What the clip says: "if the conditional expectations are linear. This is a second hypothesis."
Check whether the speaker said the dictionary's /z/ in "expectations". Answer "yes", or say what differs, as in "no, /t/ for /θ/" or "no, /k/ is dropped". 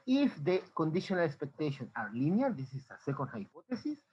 no, /z/ is dropped